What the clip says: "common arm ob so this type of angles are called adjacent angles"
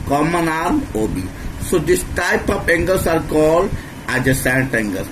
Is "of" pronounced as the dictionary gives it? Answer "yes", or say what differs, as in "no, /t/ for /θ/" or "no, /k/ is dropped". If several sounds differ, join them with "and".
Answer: no, /p/ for /v/